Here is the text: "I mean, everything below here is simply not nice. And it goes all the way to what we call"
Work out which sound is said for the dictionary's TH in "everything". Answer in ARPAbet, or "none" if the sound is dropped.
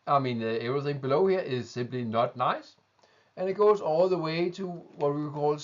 TH